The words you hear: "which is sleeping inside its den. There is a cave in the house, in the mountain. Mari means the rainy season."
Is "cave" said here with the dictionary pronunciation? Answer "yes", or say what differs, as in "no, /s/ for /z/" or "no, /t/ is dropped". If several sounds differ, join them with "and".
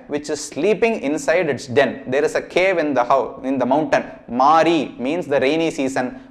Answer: yes